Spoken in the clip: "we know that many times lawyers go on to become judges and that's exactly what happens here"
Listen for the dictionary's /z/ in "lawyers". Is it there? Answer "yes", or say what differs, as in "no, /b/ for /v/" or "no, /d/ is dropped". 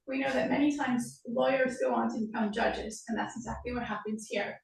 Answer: yes